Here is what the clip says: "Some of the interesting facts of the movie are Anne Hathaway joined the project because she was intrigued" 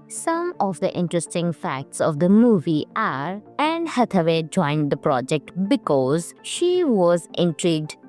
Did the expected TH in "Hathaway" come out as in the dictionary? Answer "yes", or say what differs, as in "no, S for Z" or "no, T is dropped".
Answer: no, T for TH